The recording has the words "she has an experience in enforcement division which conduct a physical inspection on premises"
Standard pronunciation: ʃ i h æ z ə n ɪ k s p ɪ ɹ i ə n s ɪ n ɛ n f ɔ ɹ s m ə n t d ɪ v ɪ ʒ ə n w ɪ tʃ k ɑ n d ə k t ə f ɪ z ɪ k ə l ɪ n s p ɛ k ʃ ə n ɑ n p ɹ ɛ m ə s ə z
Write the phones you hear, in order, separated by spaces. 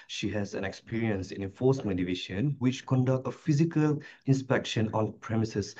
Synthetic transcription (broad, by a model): ʃ i h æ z ə n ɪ k s p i ɹ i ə n s ɪ n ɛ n f ɔ s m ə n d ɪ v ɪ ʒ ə n w ɪ tʃ k ɑ n d ə k t ə f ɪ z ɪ k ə l ɪ n s p ɛ k ʃ ə n ɑ n p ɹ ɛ m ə s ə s